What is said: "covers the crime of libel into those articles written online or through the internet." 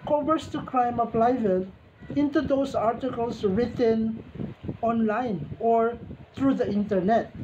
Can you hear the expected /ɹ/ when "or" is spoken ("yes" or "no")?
yes